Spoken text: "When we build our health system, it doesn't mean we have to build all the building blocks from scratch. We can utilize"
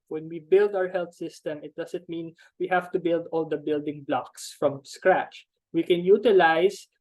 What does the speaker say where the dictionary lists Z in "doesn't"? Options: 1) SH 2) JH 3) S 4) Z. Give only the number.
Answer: 3